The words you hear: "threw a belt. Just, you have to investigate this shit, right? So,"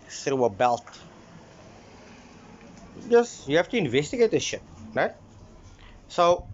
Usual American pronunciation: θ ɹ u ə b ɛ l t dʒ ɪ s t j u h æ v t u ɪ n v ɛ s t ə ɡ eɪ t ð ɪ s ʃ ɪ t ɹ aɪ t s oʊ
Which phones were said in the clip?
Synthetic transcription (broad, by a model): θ ɹ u ə b ɛ l t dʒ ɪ s j u h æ f t u ɪ n v ɛ s t ə ɡ eɪ t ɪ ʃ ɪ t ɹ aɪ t s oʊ